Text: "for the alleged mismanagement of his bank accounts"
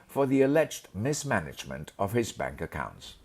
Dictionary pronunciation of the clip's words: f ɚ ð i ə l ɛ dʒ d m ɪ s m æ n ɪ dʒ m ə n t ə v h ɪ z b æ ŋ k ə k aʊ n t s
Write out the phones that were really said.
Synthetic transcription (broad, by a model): f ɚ ð i ə l ɛ dʒ d m ɪ s m æ n ɪ dʒ m ə n t ə v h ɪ z b æ ŋ k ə k aʊ n t s